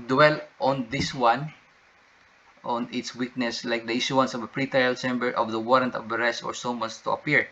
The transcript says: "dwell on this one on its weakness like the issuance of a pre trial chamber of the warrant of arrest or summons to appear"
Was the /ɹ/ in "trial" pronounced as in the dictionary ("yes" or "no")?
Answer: no